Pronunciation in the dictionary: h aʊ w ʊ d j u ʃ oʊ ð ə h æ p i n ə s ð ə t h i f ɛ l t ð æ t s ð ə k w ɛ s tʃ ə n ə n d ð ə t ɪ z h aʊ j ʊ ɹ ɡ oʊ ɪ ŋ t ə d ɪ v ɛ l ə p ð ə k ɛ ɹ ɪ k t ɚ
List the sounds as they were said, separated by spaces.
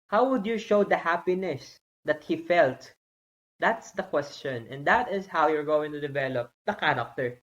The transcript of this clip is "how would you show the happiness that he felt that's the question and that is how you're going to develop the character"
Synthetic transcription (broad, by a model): h aʊ w ʊ d j u ʃ oʊ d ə h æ p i n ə s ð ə t h i f ɛ l t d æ t s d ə k w ɛ s tʃ ə n ə n d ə t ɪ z h aʊ j ʊ ɹ ɡ oʊ ɪ ŋ t ə d ɪ v ɛ l ə p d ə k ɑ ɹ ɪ k t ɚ